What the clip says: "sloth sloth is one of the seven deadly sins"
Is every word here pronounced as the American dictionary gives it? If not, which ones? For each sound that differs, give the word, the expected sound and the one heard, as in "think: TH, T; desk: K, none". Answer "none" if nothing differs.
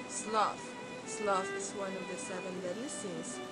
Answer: sloth: TH, F; deadly: L, none